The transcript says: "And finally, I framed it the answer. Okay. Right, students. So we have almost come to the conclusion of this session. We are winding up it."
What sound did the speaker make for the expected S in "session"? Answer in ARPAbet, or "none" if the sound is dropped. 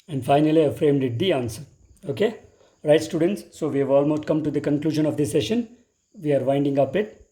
S